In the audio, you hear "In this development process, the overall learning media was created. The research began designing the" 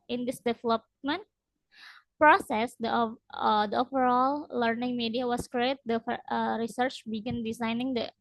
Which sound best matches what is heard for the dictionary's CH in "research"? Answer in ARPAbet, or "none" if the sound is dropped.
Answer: CH